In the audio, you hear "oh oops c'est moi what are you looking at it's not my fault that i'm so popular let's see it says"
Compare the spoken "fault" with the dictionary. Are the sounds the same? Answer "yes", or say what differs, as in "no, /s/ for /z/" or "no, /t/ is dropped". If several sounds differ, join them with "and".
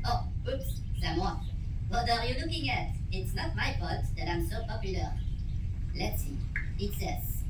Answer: no, /l/ is dropped